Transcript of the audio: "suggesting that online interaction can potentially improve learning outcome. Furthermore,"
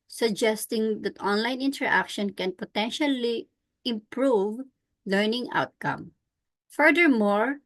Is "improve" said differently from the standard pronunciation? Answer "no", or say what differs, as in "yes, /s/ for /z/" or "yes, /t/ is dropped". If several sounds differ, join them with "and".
no